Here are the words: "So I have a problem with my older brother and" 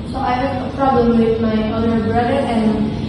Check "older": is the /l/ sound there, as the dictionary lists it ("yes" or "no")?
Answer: no